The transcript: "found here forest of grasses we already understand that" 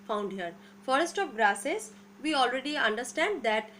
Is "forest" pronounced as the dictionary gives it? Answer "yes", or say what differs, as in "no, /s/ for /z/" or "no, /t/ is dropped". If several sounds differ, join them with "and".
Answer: yes